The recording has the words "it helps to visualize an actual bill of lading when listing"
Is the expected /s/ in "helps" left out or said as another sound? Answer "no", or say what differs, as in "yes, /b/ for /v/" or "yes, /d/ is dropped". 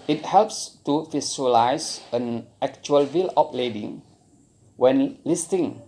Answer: no